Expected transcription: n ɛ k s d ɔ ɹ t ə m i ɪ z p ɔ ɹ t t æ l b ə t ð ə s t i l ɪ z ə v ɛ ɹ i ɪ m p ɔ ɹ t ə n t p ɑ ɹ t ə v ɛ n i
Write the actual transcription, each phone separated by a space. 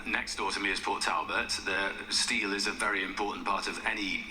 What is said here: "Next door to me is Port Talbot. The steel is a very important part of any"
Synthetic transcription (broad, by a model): n ɛ k s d ɔ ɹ t ə m i ɪ z p ɔ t t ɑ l b ə t ð ə s t i l ɪ z ə v ɛ ɹ i ɪ m p ɔ t n p ɑ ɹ t ə v ɛ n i